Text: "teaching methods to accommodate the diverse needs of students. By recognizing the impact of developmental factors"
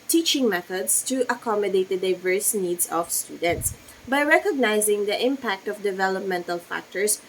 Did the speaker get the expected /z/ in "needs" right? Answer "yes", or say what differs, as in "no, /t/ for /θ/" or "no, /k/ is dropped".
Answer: no, /s/ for /z/